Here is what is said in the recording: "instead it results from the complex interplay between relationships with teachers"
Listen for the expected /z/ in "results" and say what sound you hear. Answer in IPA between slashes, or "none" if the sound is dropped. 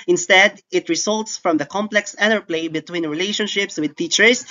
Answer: /s/